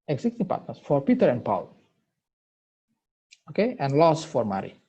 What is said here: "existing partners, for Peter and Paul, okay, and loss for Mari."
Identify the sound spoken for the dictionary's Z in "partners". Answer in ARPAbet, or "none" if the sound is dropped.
S